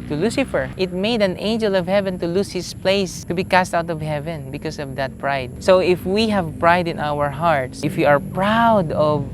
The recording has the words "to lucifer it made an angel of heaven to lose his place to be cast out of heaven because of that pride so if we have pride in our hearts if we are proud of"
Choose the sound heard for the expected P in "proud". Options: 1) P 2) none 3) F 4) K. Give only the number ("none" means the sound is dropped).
1